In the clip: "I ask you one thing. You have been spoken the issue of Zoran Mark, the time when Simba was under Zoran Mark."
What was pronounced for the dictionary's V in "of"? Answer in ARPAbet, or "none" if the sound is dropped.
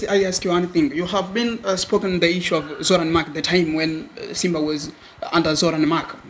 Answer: V